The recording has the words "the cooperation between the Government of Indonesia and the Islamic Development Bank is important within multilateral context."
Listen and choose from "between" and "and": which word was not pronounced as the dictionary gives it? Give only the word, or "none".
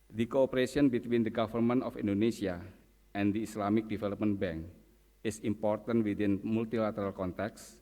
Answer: none